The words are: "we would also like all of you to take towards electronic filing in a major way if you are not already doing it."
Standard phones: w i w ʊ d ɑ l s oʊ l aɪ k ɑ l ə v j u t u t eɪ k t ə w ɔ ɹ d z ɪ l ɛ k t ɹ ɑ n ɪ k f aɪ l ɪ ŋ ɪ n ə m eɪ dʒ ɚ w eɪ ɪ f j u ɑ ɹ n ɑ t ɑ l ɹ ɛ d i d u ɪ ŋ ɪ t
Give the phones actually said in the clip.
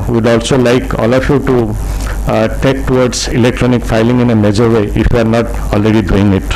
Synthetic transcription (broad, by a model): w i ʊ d ɑ l s oʊ l aɪ k ɑ l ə f j u t u t eɪ k t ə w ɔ ɹ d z ɪ l ɛ k t ɹ ɑ n ɪ k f aɪ l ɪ ŋ ɪ n ə m eɪ dʒ ɚ w eɪ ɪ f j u ɑ ɹ n ɑ t ɑ l ɹ ɛ d i d u ɪ ŋ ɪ t